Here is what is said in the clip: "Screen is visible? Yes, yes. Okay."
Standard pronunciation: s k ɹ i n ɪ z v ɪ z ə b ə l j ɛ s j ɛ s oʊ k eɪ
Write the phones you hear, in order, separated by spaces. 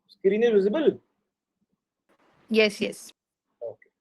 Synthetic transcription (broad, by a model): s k ɹ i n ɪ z w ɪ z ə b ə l j ɛ s j ɛ s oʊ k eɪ